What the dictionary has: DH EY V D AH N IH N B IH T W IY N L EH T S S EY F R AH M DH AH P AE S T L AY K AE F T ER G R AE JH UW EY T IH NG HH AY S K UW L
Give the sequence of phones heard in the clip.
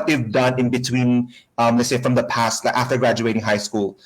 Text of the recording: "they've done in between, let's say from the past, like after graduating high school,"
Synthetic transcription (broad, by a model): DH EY V D AH N IH N B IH T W IY N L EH T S S EY F R AH M DH AH P AE S T L AY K AE F T ER G R AE JH UW EY T IH NG HH AY S K UW L